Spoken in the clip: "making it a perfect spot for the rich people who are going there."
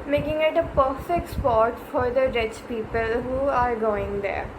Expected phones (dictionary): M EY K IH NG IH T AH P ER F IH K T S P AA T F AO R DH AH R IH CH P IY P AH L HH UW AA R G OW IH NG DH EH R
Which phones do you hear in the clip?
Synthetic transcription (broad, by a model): M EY K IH NG IH T AH P ER F IH K T S P AA T F AO R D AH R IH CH P IY P AH L HH UW AA R G OW IH NG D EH R